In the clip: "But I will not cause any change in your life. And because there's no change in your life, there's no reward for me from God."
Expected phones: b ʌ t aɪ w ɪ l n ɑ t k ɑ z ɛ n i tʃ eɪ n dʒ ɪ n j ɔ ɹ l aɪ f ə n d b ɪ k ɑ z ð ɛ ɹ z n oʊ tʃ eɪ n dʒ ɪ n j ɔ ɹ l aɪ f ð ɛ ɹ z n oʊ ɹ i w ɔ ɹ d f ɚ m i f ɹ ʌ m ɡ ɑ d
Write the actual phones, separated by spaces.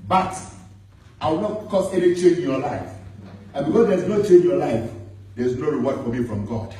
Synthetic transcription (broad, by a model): b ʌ t aɪ w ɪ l n ɑ t k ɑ s ɛ n i tʃ eɪ n dʒ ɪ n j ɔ l aɪ f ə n b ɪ k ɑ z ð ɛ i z n oʊ tʃ eɪ n dʒ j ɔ l aɪ f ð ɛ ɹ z n oʊ ɹ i w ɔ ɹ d f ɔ m i f ɹ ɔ m ɡ ɑ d